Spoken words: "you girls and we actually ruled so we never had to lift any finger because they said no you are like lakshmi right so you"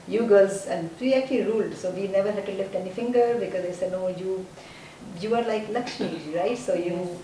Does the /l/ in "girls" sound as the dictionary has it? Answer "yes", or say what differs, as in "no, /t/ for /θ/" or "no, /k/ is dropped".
no, /l/ is dropped